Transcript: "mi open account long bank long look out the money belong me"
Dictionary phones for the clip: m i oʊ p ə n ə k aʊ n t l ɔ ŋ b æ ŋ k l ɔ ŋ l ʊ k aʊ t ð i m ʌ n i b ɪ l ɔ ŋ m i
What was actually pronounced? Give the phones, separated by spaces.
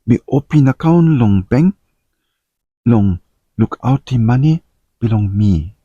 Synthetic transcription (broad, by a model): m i oʊ p ə n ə k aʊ n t l ɔ ŋ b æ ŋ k l ɔ ŋ l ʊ k aʊ t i m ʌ n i b ɪ l ɔ ŋ m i